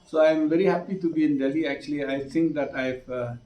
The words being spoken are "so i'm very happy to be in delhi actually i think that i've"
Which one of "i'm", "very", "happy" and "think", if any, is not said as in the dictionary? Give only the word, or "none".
think